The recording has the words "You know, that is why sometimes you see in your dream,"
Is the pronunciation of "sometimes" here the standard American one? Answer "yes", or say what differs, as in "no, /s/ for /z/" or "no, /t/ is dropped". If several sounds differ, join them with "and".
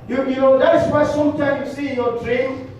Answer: no, /z/ is dropped